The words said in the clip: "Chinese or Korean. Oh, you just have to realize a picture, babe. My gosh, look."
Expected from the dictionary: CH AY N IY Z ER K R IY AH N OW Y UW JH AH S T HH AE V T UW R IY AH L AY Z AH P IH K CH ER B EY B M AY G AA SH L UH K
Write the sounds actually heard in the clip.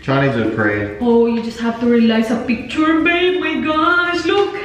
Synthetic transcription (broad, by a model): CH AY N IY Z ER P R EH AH OW Y UW JH AH S T HH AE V T UW R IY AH L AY S AH P IH K CH ER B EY M AY G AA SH L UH K